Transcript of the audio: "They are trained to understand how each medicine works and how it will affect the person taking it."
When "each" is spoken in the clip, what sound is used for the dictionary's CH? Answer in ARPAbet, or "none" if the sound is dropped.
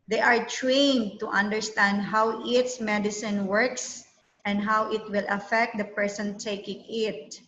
S